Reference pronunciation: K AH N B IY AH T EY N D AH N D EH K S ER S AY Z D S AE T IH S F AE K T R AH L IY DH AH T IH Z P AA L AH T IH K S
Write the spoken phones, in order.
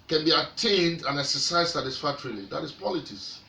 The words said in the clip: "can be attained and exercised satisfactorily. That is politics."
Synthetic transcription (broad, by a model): K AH N B IY AH T EY N D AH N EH K S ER S AY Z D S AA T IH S F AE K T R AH L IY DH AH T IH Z P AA L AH T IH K S